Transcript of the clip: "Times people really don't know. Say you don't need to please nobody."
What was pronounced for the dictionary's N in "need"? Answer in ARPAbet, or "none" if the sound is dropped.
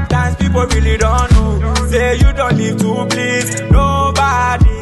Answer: L